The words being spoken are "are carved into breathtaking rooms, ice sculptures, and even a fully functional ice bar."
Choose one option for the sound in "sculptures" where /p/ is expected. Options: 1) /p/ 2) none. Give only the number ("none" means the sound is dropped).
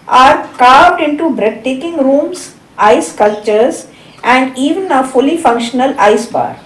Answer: 2